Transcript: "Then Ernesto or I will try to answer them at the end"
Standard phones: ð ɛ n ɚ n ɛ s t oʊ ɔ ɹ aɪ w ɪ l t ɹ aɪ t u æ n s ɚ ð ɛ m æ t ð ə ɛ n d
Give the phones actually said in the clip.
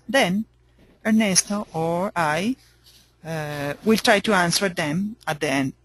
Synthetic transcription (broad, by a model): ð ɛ n ɚ n ɛ s t oʊ ɔ ɹ aɪ w ɪ l t ɹ aɪ t u æ n s ɚ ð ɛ m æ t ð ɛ n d